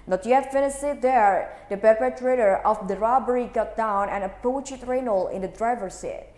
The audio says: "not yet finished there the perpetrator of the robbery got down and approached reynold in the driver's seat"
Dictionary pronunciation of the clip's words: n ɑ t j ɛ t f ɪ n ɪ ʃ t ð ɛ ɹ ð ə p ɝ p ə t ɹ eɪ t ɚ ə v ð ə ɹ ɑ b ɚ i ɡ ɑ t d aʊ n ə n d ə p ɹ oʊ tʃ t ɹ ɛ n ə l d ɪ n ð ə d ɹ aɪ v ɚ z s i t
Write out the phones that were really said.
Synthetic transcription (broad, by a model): n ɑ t j ɛ t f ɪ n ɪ s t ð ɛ ɹ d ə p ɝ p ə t ɹ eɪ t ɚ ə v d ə ɹ ɑ b ɚ i ɡ ɑ t d aʊ n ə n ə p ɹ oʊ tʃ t ɹ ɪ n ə l ɪ n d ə d ɹ aɪ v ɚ s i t